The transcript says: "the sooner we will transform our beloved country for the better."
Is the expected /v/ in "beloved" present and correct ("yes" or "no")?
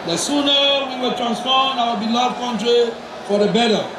no